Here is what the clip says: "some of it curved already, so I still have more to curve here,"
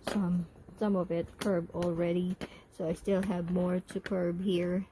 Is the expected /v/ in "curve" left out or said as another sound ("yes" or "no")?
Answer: yes